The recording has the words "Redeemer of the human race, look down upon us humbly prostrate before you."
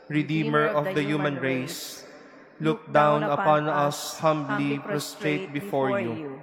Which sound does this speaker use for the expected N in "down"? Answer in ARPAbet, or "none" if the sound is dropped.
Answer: N